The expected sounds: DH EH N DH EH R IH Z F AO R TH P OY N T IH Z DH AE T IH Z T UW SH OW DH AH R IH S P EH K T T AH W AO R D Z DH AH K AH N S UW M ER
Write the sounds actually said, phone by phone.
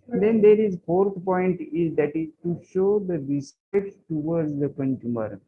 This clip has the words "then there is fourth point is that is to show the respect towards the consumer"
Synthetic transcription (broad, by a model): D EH N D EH R IH Z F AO R T P OY N T IH Z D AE T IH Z T UW SH OW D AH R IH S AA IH T T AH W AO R D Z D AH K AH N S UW M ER